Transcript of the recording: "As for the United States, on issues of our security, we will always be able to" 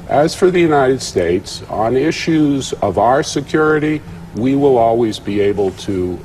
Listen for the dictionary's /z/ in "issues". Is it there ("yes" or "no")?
yes